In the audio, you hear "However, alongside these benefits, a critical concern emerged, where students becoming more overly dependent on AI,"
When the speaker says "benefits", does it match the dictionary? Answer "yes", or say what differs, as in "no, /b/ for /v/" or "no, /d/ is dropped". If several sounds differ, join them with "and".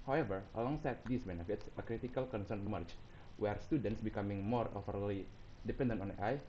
yes